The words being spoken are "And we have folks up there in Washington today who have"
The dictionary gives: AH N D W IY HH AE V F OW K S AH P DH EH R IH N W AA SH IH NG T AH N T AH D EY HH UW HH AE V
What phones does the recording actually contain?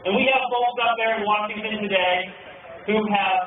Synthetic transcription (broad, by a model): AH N W IY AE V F OW S AH P DH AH R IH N W AA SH IH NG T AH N T AH D EY HH UW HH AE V